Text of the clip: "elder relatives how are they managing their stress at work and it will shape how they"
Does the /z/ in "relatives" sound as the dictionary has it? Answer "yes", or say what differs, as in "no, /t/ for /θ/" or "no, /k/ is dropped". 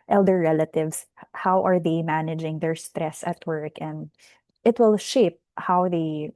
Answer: no, /s/ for /z/